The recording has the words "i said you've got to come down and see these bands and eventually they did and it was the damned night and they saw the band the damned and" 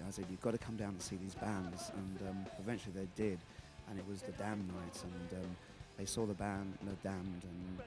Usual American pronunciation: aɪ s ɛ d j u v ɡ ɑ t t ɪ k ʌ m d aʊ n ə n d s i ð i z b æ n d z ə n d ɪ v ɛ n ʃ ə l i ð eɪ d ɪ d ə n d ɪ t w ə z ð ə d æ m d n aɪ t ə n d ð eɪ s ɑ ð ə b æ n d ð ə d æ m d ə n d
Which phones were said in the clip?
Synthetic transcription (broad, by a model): aɪ s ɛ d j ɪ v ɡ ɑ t t ɪ k ʌ m d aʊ ə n s i ð i z b æ n d z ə n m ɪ v ɛ n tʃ l i ð eɪ d ɪ d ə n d ɪ t w ə z ð ə d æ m n aɪ t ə n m ð eɪ s ɑ ð ə b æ n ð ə d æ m d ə n